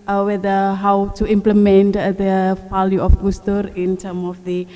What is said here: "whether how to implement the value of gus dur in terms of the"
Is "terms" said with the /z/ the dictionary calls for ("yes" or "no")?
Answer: no